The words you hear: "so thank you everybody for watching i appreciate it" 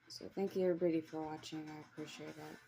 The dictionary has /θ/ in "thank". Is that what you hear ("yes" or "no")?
yes